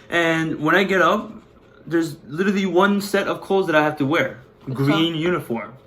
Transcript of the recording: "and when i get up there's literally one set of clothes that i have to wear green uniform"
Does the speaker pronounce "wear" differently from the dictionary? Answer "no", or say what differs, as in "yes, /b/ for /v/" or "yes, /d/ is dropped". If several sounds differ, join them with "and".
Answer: no